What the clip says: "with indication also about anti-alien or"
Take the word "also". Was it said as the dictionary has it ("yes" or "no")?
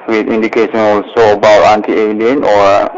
yes